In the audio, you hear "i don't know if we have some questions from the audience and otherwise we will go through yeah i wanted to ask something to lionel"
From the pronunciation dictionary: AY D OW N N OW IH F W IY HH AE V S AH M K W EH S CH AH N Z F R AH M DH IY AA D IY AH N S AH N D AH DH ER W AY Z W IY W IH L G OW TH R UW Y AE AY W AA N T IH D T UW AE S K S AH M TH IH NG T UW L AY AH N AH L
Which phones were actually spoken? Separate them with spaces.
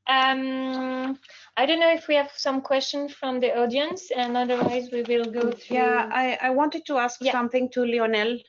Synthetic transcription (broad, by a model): AY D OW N N OW IH F W IY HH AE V S AH M K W EH S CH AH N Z F R AH M DH IY AA D IY AH N S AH N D AH DH ER W AY Z W IY W IH L G OW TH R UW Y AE AY W AA N T IH D T UW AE S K S AH M TH IH NG T UW L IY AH N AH L